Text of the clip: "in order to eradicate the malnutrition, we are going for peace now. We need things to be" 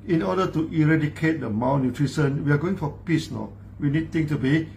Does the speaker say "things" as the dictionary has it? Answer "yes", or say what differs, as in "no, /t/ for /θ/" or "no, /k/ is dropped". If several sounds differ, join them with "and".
no, /t/ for /θ/ and /z/ is dropped